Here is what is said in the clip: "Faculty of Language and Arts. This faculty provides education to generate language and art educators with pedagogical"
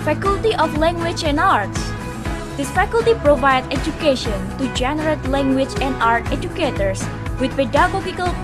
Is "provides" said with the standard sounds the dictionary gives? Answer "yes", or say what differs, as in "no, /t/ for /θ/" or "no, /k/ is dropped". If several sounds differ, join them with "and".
no, /z/ is dropped